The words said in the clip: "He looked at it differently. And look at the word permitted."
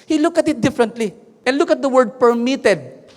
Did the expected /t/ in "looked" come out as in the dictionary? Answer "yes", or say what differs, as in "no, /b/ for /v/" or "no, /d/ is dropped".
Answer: no, /t/ is dropped